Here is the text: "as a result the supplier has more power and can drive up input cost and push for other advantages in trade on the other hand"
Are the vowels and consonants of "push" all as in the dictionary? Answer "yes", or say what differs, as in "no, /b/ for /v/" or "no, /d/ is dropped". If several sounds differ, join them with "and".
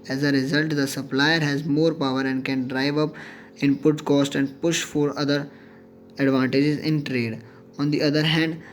yes